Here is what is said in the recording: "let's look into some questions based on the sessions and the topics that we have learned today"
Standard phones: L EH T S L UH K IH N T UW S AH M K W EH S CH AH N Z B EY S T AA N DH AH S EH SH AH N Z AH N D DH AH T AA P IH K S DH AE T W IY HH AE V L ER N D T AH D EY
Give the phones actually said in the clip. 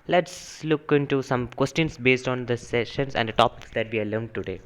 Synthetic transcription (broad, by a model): L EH T S L UH K IH N T UW S AH M K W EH S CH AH N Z B EY S T AA N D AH S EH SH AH N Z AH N D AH T AA P IH K S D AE T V IY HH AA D L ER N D T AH D EY